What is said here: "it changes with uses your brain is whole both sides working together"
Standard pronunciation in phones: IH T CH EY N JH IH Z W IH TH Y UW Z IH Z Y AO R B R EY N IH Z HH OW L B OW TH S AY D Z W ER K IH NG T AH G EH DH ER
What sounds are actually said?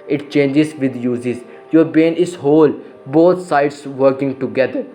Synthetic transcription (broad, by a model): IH T CH EY N JH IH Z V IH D Y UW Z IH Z Y AO R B EY N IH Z HH OW L B OW T S AY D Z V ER K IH NG T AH G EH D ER